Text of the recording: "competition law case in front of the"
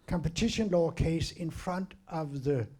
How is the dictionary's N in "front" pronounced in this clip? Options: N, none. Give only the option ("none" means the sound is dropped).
N